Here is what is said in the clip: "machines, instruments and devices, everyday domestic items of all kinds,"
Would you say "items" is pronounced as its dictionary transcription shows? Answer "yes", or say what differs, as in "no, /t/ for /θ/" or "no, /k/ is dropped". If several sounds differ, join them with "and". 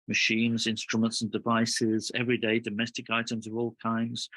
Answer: yes